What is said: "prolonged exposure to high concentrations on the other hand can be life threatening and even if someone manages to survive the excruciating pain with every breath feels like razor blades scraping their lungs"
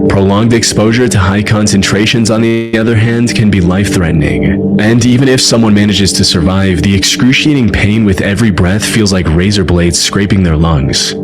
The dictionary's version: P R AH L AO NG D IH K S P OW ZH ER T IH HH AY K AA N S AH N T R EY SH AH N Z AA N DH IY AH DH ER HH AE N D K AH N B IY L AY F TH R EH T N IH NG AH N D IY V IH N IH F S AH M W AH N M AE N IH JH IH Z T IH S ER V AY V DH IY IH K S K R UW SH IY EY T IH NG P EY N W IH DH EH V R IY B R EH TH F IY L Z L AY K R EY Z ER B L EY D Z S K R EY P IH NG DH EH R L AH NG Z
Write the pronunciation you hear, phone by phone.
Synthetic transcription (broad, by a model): P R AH L AO NG D IH K S P OW ZH ER T IH HH AY K AA N S AH N T R EY SH AH N Z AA N DH IY AH DH ER HH AE N D K AH N B IY L AY F TH R EH T N IH NG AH N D IY V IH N IH F S AH M W AH N M AE N IH JH IH Z T IH S ER V AY V DH IY IH K S K R UW SH IY EY T IH NG P EY N W IH DH EH V R IY B R EH TH F IY L Z L AY K R EY Z ER B L EY D Z S K R EY P IH NG DH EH R L AH NG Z